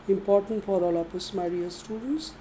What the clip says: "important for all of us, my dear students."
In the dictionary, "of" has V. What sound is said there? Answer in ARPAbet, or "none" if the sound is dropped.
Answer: P